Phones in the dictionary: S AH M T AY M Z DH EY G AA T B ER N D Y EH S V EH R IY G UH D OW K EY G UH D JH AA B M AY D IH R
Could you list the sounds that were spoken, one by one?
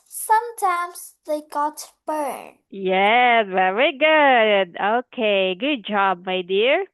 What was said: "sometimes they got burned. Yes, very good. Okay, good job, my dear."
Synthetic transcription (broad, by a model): S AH M T AY M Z DH EY G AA T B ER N Y EH S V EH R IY G UH D OW K EY G UH D JH AA B M AY D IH R